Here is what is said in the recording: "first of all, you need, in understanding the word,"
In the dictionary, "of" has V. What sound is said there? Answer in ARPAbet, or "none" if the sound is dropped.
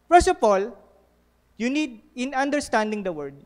P